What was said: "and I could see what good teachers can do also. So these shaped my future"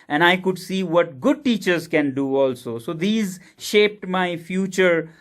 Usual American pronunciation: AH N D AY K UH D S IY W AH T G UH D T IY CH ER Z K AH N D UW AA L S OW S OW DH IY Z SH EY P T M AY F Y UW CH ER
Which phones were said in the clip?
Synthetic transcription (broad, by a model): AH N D AY K UH D S IY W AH T G UH D T IY CH ER Z K AH N D UW AA L S OW S OW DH IY Z SH EY P T M AY F Y UW CH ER